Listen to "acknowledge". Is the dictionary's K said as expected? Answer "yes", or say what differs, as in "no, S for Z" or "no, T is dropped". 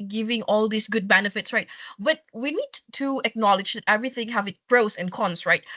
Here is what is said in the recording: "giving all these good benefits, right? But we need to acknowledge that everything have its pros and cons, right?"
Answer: yes